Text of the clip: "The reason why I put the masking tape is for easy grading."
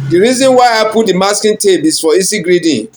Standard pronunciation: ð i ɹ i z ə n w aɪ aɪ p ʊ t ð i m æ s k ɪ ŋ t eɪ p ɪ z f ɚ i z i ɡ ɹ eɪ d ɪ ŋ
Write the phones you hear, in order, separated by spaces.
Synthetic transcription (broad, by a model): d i ɹ i z ə n w aɪ aɪ p ʊ t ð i m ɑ s k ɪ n t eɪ b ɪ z f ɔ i s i ɡ ɹ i d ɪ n